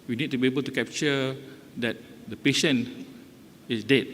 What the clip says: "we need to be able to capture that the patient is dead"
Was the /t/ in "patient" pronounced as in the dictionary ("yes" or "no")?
no